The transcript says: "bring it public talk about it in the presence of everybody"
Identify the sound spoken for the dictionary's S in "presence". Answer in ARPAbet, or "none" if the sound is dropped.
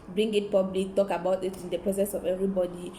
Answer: S